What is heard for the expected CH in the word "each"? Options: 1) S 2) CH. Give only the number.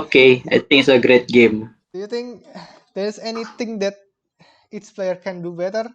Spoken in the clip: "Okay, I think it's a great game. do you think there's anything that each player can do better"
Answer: 1